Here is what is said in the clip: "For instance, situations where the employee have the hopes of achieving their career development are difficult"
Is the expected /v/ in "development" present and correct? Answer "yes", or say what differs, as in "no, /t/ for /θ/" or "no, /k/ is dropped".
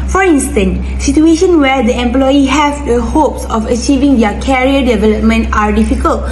yes